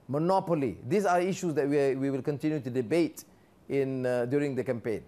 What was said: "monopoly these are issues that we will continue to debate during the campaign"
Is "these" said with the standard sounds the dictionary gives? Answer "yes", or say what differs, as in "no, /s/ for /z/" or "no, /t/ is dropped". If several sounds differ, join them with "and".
no, /s/ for /z/